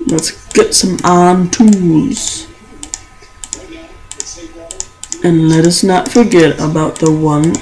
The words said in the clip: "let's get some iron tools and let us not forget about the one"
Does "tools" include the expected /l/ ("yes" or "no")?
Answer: no